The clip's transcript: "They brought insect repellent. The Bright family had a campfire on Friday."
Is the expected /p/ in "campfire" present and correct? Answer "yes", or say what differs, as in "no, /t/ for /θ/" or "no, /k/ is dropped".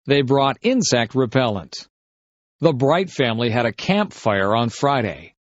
yes